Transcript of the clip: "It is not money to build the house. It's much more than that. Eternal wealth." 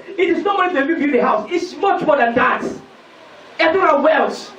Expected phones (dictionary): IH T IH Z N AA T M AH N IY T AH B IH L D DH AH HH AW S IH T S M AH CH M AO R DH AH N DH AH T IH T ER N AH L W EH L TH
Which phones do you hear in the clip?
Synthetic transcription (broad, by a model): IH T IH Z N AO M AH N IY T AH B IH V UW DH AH HH AW S IH T S M AH CH M AO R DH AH N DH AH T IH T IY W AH N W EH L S